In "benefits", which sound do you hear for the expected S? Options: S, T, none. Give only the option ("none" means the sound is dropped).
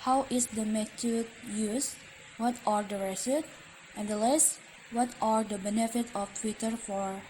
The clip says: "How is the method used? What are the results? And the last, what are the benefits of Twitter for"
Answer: none